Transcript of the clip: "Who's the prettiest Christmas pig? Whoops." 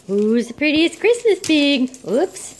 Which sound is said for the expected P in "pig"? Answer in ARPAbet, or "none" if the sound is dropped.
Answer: B